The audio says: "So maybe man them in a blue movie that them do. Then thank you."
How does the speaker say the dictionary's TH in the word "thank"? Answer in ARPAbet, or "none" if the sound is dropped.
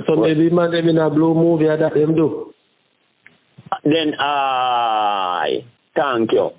T